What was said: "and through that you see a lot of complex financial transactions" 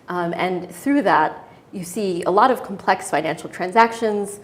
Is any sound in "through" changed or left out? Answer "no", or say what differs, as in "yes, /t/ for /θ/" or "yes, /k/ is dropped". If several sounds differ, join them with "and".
no